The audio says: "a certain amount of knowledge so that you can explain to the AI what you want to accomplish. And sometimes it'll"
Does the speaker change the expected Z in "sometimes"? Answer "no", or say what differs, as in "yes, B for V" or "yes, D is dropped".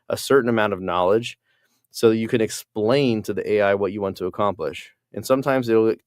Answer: no